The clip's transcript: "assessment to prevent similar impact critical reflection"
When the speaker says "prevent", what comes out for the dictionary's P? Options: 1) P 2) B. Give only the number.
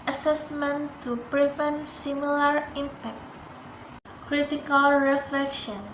1